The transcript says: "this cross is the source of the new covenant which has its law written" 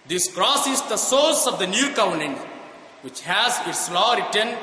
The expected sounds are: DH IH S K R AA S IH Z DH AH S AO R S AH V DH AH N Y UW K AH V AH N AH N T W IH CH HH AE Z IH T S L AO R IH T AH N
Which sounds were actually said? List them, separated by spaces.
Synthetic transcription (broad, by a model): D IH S K R AA S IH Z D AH S AO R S AH V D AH N Y UW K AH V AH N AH N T W IH CH HH AE Z IH T S L AO R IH T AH N